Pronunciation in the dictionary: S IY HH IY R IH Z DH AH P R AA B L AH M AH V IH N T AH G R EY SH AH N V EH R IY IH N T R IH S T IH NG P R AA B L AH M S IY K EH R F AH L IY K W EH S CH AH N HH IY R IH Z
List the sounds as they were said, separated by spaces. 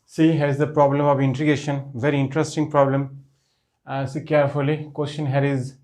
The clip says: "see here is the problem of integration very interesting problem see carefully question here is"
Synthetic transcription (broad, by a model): S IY HH IH Z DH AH P R AA B L AH M AH V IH N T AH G EY SH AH N V EH R IY IH N T R IH S T IH NG P R AA B L AH M S IY K EH R F AH L IY K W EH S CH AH N HH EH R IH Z